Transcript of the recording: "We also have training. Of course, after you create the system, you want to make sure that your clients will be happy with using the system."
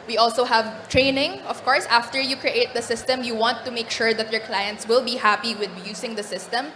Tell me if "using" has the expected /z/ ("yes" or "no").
no